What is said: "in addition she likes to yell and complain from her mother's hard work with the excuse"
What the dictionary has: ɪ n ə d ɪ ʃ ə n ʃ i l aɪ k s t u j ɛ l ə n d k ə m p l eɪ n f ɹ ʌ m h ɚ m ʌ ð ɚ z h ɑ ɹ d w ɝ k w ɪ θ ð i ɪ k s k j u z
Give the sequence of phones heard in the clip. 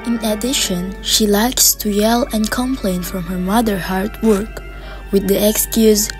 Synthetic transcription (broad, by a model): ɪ n ə d ɪ ʃ ə n ʃ i l aɪ k s t u j ɛ l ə n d k ə m p l eɪ n f ɹ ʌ m h ɚ m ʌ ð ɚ h ɑ ɹ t w ɝ k w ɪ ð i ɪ k s k j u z